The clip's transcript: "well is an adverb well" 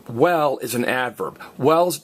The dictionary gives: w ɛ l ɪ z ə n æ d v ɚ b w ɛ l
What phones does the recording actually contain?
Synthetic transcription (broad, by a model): w ɛ l ɪ z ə n æ d v ɚ b w ɛ l